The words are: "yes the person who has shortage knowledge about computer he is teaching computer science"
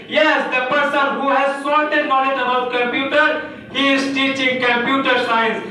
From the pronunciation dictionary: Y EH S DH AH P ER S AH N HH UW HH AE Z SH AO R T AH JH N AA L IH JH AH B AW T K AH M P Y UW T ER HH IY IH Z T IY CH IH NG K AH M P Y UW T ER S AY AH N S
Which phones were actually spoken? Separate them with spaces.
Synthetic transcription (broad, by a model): Y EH S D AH P ER S AH N HH UW HH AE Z S AO L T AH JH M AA N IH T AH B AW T K AH M P Y UW T ER HH IY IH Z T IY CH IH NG K AH M P Y UW T ER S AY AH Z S